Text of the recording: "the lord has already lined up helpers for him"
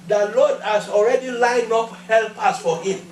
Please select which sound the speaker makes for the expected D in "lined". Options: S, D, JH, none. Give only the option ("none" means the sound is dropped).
none